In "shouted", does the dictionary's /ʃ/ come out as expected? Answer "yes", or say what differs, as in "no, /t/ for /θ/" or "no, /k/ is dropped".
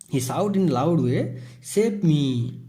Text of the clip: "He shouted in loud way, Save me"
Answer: no, /s/ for /ʃ/